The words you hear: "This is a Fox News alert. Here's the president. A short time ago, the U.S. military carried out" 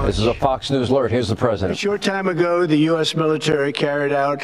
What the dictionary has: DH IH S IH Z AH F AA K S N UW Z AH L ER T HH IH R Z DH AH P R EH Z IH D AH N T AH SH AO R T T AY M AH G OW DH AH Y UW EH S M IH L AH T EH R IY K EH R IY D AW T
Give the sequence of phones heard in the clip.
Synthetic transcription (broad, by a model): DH IH S IH Z AH F AA K S N UW Z L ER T HH IH R Z DH AH P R EH Z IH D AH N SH AO R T T AY M AH G OW DH AH Y UW EH S M IH L AH T EH R IY K EH R IY D AW T